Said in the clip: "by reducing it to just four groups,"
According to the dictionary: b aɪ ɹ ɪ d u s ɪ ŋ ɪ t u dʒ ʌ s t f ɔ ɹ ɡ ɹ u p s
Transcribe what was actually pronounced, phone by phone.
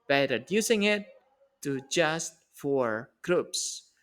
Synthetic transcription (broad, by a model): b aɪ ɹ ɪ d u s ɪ ŋ ɪ t u dʒ ʌ s t f ɔ ɹ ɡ ɹ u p s